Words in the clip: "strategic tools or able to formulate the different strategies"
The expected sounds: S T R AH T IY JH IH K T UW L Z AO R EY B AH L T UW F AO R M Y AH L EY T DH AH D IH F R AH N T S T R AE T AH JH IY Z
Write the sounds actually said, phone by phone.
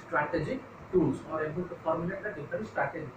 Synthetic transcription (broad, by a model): S T R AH T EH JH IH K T UW L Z AO R EY B AH L T UW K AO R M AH N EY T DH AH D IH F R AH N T S T R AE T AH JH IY